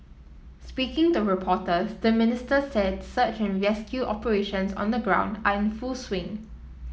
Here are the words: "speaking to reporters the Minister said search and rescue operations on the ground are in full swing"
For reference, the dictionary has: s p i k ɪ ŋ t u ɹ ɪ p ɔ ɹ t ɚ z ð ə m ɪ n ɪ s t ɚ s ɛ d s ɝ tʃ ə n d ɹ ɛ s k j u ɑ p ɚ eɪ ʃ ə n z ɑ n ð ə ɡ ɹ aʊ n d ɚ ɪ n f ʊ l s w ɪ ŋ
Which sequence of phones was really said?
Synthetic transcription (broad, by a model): s p i k ɪ ŋ t u ɹ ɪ p ɔ t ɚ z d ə m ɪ n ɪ s t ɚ s ɛ d s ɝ tʃ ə n ɹ ɛ s k j u ɑ p ɚ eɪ ʃ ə n s ɑ n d ə ɡ ɹ aʊ n d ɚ ɪ n f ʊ l s w ɪ ŋ